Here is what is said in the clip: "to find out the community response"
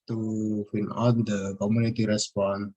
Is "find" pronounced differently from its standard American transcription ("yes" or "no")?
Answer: yes